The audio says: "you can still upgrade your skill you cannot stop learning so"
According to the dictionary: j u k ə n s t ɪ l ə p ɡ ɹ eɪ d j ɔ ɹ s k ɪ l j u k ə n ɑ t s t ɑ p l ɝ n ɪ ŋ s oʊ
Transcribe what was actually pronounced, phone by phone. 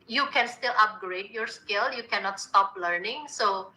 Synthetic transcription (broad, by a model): j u k ə n s t ɪ l ə p ɡ ɹ eɪ d j ɔ ɹ s k ɪ l j u k ə n ɑ t s t ɑ p l ɝ n ɪ ŋ s oʊ